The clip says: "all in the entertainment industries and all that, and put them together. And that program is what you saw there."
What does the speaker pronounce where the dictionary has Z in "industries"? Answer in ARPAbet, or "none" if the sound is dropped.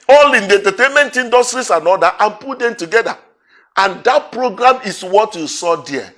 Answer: S